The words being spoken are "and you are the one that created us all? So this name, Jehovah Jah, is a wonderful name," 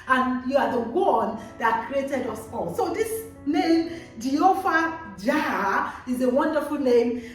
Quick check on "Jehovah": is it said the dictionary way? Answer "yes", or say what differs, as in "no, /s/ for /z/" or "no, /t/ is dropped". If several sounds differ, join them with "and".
no, /f/ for /v/